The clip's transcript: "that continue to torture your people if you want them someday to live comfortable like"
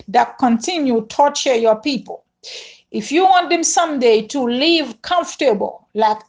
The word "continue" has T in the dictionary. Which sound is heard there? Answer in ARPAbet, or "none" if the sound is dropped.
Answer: T